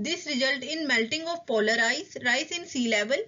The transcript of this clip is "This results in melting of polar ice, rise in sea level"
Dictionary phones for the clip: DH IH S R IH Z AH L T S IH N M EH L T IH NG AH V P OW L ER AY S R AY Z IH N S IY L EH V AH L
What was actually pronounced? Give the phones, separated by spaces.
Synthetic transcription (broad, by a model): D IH S R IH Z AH L T IH N M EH L T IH NG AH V P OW L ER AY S R AY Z IH N S IY L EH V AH L